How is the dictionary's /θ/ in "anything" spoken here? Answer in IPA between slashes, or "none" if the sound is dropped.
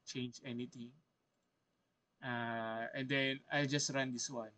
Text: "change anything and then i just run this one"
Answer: /t/